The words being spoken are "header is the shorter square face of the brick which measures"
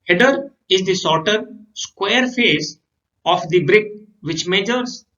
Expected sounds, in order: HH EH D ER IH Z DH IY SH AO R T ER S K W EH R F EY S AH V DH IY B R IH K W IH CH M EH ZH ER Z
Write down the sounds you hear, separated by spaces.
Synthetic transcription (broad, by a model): HH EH D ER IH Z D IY S AO R T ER S K W EH R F EY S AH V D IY B R IH K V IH CH M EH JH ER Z